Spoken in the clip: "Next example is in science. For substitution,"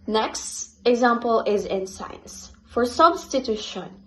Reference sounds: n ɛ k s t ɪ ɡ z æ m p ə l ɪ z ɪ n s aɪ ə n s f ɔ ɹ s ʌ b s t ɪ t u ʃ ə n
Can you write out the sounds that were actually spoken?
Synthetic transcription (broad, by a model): n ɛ k s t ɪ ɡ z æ m p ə l ɪ z ɪ n s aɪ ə n s f ɔ ɹ s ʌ b s t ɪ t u ʃ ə n